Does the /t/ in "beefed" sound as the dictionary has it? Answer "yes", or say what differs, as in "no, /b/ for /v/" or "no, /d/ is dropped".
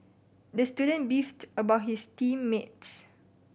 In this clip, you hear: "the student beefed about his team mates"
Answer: yes